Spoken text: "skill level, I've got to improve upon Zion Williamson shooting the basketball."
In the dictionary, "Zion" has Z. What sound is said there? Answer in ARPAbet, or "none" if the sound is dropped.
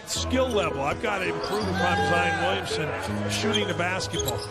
Z